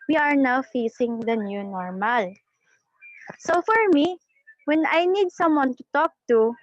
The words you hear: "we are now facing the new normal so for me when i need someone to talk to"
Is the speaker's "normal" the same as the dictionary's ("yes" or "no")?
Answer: yes